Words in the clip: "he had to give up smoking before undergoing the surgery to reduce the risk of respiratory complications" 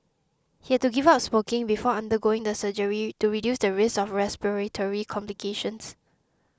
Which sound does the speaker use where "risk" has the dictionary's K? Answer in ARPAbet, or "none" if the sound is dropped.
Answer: none